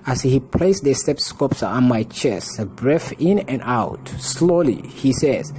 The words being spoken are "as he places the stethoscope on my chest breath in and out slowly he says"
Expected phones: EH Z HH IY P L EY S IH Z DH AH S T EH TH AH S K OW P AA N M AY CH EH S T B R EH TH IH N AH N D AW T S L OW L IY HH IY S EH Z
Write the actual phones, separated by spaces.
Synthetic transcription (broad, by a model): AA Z HH IY P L EY IH S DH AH S T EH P S K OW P AA N M AY CH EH S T B R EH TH IH N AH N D AW T S L OW L IY HH IY S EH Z